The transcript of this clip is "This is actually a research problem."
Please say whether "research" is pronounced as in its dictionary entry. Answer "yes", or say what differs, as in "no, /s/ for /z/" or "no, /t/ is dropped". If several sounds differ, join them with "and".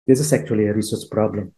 no, /s/ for /tʃ/